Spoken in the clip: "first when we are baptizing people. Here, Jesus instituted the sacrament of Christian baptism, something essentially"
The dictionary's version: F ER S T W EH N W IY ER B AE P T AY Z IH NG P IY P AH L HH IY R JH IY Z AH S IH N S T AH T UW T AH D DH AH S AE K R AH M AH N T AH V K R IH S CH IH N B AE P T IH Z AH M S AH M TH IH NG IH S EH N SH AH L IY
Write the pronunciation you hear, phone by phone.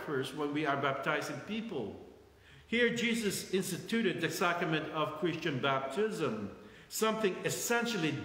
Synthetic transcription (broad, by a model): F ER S W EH N W IY ER B AE P T AY Z IH NG P IY P AH L HH IY R JH IY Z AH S IH N S T AH T UW T AH D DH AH S AE K R AH M AH N T AH V K R IH S CH IH N B AE P T IH Z AH M S AH M TH IH NG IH S EH N SH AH L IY